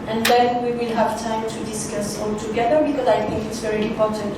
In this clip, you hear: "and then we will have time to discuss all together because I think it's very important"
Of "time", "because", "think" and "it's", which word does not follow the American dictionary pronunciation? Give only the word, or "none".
think